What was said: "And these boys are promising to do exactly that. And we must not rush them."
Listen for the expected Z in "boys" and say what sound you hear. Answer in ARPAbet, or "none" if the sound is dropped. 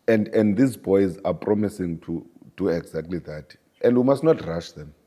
Z